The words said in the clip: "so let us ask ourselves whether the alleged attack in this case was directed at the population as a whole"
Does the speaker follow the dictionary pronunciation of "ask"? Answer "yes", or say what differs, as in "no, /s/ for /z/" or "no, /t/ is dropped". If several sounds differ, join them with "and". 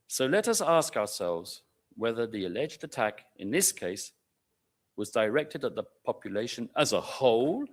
yes